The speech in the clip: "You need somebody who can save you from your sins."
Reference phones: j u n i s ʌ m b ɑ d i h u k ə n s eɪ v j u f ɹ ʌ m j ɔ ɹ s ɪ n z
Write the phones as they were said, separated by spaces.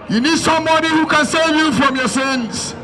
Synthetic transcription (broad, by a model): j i n i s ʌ m ɑ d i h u k ə n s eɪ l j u f ɹ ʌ m j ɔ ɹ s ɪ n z